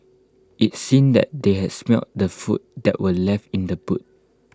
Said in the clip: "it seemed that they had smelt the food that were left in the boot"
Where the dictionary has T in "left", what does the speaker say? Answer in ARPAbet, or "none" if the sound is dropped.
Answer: T